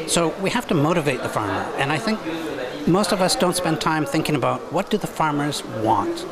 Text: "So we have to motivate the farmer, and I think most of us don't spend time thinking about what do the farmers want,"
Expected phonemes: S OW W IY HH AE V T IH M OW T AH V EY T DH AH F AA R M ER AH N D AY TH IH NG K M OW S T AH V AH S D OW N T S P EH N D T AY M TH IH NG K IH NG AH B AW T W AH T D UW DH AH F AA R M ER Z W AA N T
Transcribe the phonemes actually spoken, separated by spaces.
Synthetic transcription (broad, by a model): S OW W IY HH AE F T IH M OW T AH V EY T DH AH F AA R M ER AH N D AY TH IH NG K M OW S T AH V AH S D OW N T S P EH N T AY M TH IH NG K IH NG AH B AW T W AH T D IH DH AH F AA R M ER Z W AA N T